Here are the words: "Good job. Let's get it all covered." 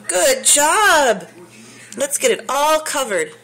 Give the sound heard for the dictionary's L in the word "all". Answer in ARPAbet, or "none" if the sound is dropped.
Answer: L